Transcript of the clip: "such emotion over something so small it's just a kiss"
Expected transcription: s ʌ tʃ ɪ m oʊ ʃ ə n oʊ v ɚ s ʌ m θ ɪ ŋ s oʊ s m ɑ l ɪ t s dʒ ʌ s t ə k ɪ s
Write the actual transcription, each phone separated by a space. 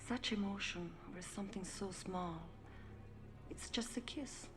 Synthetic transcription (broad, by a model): s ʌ tʃ ɪ m oʊ ʃ ə n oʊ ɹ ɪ s ʌ m θ ɪ ŋ s oʊ s m ɑ l ɪ t s dʒ ʌ s t ə k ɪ s